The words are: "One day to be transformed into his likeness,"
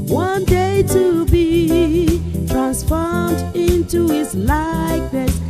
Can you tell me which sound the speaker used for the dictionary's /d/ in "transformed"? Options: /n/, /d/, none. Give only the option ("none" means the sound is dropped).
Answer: /d/